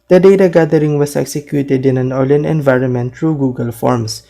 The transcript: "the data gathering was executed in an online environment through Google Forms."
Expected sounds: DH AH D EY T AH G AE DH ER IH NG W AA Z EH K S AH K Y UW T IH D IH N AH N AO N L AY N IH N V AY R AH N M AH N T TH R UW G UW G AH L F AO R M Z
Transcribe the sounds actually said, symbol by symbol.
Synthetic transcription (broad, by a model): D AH D EY T AH G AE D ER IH NG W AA S EH K S AH K Y UW T IH D IH N AH N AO L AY N IH N V AY R AH N M AH N T R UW G UW G AH L F AO R M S